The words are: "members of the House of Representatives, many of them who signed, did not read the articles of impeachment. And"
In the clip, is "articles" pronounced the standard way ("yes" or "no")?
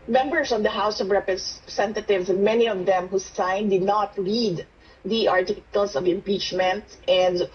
no